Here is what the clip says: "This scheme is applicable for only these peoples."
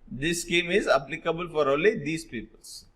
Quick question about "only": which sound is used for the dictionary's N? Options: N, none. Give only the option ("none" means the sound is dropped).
none